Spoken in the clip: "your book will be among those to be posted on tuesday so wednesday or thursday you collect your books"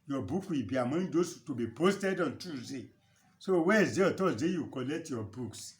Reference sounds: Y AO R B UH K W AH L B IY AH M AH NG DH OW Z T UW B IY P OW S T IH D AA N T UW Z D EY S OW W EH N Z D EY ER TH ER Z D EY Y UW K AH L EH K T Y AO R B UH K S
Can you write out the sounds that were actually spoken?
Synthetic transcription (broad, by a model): Y AO B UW K W AH L B IY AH M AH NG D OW S T UW B IY P OW S T IH D AA N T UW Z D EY S OW W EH Z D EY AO T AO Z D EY Y UW K AH L EH K T Y AO B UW K S